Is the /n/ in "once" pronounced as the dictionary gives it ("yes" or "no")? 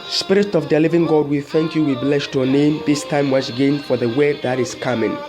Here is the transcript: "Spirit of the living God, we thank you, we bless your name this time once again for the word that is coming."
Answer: no